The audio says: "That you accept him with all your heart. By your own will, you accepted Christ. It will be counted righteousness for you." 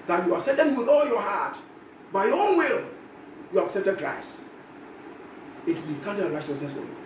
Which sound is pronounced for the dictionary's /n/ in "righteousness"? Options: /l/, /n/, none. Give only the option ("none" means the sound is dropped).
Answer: none